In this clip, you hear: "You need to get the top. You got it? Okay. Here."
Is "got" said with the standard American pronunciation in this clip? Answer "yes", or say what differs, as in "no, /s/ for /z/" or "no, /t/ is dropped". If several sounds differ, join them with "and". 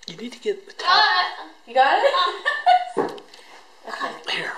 no, /t/ is dropped